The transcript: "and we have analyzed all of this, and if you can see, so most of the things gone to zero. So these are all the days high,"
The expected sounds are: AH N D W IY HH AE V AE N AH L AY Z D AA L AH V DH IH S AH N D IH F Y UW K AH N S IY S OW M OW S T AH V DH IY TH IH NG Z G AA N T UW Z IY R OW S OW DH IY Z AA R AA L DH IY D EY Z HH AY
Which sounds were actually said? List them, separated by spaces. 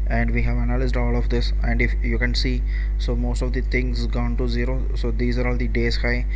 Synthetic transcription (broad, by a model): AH N D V IY HH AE V AE N AH L AY Z D AA L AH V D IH S AH N D IH F Y UW K AH N S IY S OW M OW S T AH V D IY T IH NG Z G AA N T UW Z IY R OW S OW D IY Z AA R AA L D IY D EY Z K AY